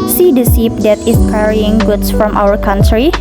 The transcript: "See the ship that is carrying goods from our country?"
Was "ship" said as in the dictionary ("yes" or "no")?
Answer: no